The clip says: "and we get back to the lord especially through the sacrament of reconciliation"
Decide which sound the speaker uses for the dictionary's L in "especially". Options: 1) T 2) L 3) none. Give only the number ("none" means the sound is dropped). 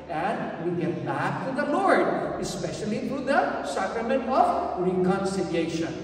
2